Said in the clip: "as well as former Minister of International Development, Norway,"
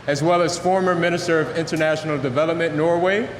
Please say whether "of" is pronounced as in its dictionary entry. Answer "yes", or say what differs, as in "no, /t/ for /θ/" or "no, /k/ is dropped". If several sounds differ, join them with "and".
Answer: yes